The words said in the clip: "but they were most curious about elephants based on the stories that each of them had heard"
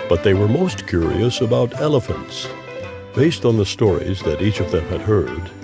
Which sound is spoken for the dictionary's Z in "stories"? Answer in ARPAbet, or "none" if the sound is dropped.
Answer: Z